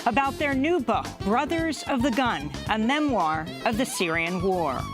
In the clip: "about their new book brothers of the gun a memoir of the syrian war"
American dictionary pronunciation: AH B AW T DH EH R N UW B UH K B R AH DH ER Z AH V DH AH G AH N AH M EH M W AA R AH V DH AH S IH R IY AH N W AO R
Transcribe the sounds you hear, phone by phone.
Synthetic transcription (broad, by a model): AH B AW T DH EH R N UW B UH K B R AH DH ER Z AH V DH AH G AH N AH M EH M W AA R AH V DH AH S IH R IY AH N W AO R